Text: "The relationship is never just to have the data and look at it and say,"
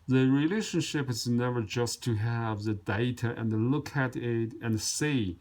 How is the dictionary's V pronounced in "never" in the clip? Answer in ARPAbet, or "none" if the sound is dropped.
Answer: V